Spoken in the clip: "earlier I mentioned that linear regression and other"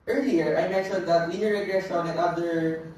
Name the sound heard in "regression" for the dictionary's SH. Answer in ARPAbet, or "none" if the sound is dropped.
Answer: S